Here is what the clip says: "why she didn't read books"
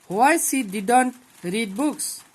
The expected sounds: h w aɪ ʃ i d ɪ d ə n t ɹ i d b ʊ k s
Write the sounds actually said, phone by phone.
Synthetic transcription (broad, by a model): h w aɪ s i d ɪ d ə n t ɹ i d b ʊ k s